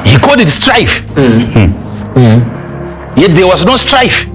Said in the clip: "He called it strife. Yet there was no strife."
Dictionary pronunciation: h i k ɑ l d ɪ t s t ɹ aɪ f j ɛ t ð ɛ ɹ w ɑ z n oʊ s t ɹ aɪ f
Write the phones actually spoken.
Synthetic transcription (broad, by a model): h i k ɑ d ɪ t s t ɹ aɪ f j ɛ t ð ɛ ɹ w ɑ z n oʊ s t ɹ aɪ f